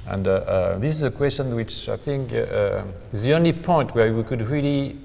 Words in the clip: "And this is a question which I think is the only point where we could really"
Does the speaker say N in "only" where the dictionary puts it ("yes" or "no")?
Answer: yes